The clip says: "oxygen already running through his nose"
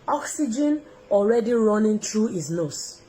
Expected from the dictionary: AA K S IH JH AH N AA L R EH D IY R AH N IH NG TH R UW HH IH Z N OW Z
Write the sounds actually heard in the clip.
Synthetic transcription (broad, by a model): AA K S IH JH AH N AA L R EH D IY R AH N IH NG T R UW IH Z N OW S